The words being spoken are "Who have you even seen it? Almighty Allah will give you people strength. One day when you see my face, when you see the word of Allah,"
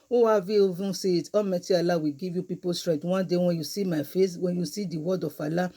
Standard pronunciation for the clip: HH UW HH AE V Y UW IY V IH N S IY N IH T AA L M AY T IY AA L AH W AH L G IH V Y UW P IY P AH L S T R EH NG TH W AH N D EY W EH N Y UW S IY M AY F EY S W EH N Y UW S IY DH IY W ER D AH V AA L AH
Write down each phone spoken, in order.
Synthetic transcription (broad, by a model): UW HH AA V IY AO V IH S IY IH T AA M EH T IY AA L AH W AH G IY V Y UW P IY P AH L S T R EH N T W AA N D EY W EH N Y UW S IY M AY F EY S W EH N Y UW S IY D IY W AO D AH F AA L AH